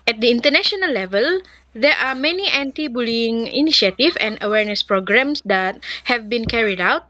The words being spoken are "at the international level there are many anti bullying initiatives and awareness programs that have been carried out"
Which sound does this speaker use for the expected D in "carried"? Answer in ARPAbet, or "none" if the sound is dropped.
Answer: D